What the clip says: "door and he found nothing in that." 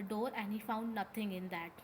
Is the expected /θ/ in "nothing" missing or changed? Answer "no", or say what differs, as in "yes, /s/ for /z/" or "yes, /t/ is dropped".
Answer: yes, /t/ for /θ/